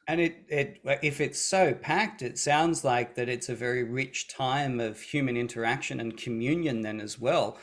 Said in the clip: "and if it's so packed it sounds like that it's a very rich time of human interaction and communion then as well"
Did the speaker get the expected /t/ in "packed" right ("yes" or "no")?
yes